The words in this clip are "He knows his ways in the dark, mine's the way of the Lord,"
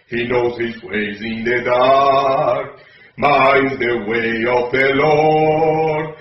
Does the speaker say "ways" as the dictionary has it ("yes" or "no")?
yes